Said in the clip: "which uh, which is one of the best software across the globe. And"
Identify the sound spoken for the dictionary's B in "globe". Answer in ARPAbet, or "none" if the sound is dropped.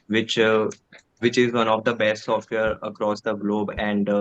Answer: B